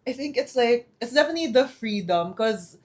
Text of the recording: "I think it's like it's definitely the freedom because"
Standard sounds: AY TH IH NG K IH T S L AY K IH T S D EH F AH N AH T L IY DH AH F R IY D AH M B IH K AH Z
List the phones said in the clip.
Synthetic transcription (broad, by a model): AY TH IH NG K IH T S L AY K IH T S D EH F AH N AH T L IY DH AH F R IY D AH M K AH Z